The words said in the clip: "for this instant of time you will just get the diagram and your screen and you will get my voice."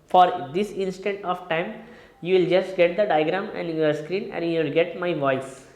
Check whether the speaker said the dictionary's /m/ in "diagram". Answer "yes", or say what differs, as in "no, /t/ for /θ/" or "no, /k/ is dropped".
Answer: no, /m/ is dropped